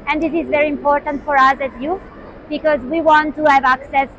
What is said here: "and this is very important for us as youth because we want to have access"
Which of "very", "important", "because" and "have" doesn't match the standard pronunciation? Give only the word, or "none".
none